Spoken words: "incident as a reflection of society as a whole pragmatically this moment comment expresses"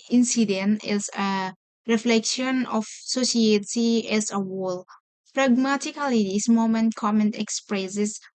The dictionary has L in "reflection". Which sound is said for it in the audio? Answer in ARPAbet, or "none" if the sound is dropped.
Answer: L